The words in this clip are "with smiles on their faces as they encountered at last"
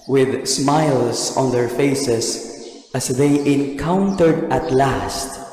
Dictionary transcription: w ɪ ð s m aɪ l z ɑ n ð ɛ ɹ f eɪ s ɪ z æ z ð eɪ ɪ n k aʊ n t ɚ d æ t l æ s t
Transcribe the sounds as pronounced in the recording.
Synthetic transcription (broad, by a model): w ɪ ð s m aɪ l s ɑ n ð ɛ ɹ f eɪ s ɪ s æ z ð eɪ ɪ n k aʊ n t ɚ d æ t l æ s t